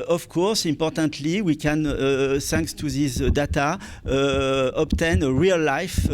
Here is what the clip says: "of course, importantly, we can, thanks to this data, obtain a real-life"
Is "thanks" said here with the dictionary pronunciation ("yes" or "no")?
no